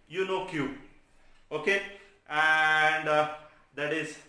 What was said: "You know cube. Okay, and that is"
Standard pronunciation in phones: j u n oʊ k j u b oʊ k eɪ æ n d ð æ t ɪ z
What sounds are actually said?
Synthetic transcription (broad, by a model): j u n oʊ k j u oʊ k eɪ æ n d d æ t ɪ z